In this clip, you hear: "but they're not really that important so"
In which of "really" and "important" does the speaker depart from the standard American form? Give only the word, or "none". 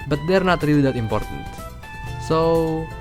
really